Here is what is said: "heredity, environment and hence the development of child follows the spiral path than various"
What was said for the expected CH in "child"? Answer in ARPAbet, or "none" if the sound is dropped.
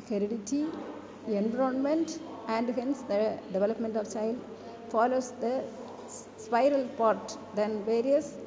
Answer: CH